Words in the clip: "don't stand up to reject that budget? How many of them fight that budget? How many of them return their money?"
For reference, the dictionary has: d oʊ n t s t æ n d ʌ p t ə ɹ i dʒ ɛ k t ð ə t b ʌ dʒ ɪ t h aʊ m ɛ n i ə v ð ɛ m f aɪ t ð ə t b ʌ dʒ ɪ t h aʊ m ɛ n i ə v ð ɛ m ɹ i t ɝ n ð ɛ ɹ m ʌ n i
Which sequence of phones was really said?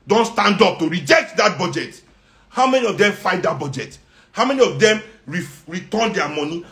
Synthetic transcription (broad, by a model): d oʊ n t s t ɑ n d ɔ p t ə ɹ i dʒ ɛ k t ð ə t b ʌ dʒ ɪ t h aʊ m ɛ n i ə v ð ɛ m f aɪ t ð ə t b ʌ dʒ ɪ t h aʊ m ɛ n i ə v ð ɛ m ɹ i t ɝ n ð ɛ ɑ m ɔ n i